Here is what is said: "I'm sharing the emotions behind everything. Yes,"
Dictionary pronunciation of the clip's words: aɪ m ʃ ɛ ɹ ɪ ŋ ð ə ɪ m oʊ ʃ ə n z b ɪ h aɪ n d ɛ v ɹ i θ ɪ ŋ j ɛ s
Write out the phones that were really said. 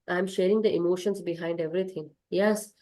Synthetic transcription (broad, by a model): aɪ m ʃ ɛ ɹ ɪ ŋ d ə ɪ m oʊ ʃ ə n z b ɪ h aɪ n d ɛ v ɹ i t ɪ ŋ j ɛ s